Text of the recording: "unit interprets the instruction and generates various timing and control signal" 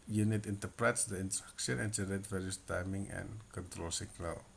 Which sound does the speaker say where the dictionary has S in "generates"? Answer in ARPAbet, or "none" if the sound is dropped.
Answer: none